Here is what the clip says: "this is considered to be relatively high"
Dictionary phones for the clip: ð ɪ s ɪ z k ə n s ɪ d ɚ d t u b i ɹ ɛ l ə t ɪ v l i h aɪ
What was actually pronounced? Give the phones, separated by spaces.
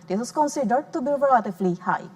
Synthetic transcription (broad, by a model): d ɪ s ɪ s k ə n s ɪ d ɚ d t u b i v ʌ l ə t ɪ f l i h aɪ